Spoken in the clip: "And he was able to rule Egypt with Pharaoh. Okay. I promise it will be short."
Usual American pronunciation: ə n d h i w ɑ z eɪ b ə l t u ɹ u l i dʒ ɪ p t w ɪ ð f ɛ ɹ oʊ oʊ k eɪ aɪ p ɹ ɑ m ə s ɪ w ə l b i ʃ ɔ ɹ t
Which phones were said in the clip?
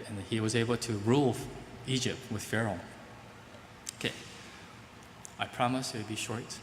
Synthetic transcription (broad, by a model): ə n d h i w ɑ z eɪ b ə l t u ɹ u l i dʒ ɪ p t w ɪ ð f ɛ ɹ oʊ oʊ k eɪ aɪ p ɹ ɑ m ə s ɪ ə b i ʃ ɔ ɹ t